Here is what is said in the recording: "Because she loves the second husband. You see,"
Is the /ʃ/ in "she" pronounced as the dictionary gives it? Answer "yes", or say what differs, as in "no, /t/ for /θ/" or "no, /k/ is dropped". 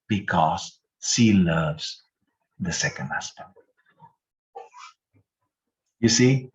no, /s/ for /ʃ/